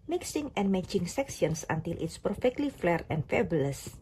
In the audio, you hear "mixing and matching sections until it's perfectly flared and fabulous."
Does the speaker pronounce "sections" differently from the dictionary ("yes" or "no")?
yes